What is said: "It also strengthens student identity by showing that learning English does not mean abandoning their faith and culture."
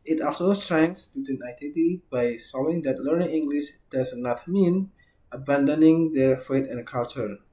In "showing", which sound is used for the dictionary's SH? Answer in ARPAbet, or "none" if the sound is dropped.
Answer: S